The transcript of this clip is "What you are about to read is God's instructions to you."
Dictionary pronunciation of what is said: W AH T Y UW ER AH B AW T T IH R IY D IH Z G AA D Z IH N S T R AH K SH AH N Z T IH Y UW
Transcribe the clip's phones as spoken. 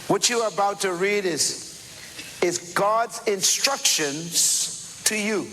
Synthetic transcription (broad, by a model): W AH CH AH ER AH B AW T T IH R IY D IH Z G AA D Z IH N S T R AH K SH AH N Z T IH Y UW